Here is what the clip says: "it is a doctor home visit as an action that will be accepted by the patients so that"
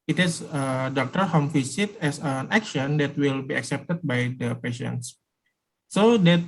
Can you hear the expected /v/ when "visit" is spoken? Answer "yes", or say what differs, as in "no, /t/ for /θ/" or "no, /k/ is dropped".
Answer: no, /f/ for /v/